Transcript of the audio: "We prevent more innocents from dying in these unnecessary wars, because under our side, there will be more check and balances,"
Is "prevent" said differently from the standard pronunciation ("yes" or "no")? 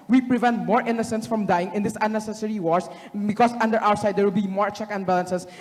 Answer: no